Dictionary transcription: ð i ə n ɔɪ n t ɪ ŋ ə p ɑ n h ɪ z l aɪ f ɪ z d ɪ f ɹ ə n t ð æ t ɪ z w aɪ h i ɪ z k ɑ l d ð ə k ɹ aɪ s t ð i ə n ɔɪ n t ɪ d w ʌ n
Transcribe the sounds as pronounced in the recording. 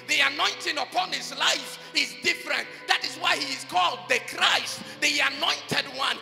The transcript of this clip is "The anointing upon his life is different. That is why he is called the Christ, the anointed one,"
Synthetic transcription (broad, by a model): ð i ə n ɔɪ n t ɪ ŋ ə p ɑ n h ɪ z l aɪ f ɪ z d ɪ f ɹ ə n t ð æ t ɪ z w aɪ h i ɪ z k ɑ l d ð ə k ɹ aɪ s t ð i ə n ɔɪ n t ɪ d w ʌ n